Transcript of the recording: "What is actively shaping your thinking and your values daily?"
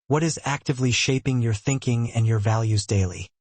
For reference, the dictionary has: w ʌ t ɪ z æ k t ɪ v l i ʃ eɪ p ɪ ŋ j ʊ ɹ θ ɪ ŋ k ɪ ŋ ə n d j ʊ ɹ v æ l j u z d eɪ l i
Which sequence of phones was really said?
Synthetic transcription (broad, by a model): w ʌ t ɪ z æ k t ɪ v l i ʃ eɪ p ɪ ŋ j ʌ ɹ θ ɪ ŋ k ɪ ŋ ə n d j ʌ ɹ v æ l j u z d eɪ l i